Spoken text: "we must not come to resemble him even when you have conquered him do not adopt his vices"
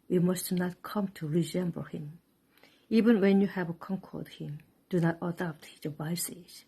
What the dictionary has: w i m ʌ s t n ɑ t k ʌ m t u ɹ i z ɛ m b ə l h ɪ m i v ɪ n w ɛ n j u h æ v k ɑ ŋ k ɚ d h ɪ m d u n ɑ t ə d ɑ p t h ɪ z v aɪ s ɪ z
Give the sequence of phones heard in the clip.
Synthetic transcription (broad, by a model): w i m ʌ s t n ɑ t k ʌ m t u ɹ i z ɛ m b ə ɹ h ɪ m i v ɪ n w ɛ n j u h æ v k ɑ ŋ k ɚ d h ɪ m d u n ɑ t ə d ɑ p t h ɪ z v aɪ s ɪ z